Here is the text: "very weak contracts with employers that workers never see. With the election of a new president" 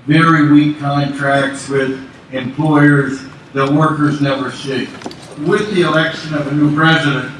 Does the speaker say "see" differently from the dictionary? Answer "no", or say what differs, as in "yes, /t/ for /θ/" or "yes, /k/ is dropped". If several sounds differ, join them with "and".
yes, /ʃ/ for /s/